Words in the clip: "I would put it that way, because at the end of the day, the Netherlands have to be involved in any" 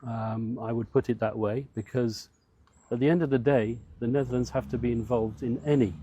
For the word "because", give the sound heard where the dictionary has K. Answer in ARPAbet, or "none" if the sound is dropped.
K